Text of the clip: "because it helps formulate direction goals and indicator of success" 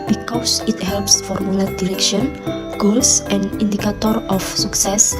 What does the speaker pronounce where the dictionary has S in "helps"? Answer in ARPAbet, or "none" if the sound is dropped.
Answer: S